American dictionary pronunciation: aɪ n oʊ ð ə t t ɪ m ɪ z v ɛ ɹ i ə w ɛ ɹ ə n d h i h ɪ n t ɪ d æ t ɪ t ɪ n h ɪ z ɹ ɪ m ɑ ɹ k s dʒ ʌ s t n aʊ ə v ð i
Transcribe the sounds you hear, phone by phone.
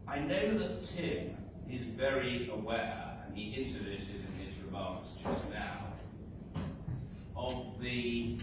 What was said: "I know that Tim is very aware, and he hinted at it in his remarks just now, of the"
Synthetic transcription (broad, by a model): aɪ n oʊ ð ə t t ɪ m ɪ z v ɛ ɹ i ə w ɛ ɹ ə n i ɪ n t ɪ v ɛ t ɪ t ɪ n ɪ z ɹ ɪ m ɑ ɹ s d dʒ ʌ s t n aʊ ə v ð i